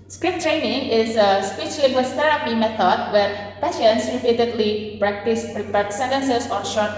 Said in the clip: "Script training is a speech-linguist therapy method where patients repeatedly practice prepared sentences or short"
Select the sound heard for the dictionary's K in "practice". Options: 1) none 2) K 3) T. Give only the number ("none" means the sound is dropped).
2